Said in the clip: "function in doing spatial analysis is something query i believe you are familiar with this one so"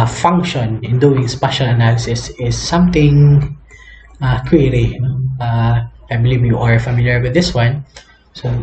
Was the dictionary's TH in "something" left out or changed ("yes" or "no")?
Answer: yes